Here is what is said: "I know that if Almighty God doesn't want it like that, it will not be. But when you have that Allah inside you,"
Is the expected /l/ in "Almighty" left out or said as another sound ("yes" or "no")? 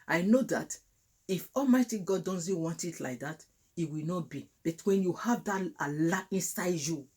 no